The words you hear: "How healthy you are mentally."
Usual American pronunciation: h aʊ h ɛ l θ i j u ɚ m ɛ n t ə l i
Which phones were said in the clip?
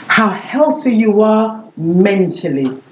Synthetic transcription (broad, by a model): h aʊ h ɛ l θ i j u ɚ m ɛ n t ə l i